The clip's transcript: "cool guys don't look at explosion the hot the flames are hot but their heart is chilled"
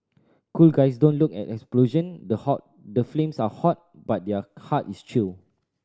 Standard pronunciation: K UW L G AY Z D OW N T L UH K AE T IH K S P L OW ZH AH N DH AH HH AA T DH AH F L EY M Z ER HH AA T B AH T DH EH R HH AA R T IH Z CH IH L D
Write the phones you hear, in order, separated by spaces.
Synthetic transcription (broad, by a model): K UW L G AY S D OW N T L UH K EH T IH K S P L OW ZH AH N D AH HH AA T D AH F L EY M S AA HH AA T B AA T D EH HH AA T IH S CH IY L